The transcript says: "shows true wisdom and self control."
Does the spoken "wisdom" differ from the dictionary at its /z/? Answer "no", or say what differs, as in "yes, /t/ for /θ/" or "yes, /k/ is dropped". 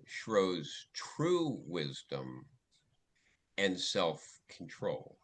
no